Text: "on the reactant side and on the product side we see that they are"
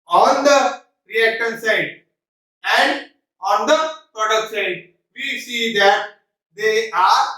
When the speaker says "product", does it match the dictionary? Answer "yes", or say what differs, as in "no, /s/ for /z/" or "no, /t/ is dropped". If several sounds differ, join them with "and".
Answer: no, /ɹ/ is dropped